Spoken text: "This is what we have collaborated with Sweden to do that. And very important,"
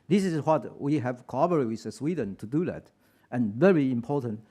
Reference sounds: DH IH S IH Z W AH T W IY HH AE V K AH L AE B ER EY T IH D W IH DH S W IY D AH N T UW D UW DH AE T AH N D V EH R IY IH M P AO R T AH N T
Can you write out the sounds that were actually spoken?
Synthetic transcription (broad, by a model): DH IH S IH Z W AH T W IY HH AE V K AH AO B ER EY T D W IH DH S W IY D AH N T UW D UW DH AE T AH N V EH R IY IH M P AO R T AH N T